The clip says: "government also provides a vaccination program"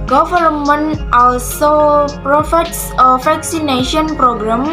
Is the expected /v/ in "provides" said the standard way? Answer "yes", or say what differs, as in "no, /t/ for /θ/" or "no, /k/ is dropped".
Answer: no, /f/ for /v/